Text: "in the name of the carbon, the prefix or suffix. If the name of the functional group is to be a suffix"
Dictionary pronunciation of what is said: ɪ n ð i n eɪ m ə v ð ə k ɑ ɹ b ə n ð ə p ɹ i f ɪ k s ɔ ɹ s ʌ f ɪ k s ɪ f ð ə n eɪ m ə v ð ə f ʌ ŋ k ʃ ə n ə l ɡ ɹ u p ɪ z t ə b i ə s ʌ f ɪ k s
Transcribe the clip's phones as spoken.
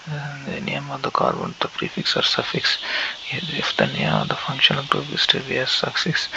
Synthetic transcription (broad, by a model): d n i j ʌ m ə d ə k ɑ ɹ b ə n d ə p ɹ i f ɪ k s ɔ ɹ s ʌ f ɪ k s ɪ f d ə n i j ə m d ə f ʌ ŋ k ʃ ə n ə l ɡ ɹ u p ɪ s t ə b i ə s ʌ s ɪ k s